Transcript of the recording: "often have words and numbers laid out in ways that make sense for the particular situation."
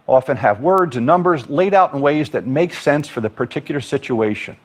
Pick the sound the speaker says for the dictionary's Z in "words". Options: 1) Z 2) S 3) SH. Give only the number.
1